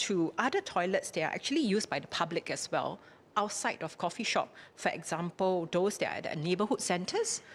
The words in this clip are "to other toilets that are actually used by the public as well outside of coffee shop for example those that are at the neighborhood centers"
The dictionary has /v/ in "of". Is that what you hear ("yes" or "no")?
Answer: no